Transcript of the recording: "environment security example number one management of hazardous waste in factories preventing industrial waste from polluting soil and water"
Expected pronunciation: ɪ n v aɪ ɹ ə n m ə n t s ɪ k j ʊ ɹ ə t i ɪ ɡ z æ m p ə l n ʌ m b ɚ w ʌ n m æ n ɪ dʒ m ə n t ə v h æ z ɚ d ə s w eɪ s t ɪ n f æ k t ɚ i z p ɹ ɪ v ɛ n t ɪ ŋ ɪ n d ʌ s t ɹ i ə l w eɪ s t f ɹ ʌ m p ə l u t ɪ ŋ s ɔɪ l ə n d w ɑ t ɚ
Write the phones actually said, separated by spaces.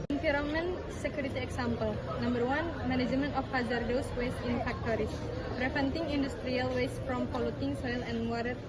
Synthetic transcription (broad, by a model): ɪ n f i ɹ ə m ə n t s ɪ k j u ɹ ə t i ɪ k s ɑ m p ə l n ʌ m b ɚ w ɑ n m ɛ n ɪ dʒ m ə n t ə f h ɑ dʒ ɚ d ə s w eɪ s t ɪ n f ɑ k t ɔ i s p ɹ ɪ f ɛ n t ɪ ŋ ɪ n d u s t ɹ i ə l w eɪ s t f ɹ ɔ m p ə l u t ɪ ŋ s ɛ l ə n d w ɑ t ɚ